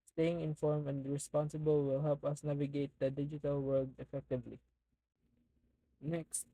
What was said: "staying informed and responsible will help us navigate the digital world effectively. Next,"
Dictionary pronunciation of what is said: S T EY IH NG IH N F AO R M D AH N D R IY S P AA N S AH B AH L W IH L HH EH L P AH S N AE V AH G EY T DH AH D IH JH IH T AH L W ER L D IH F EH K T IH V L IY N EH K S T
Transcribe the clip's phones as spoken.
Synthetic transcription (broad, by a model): S T EY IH NG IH N F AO R M AH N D R IY S P AA N S AH B AH L W IH L HH EH L P AH S N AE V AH G EY T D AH D IH JH IH T AH L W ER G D IH F EH K T IH V L IY N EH K S T